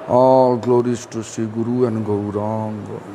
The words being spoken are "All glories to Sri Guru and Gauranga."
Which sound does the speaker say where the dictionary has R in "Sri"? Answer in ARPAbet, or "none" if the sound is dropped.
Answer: none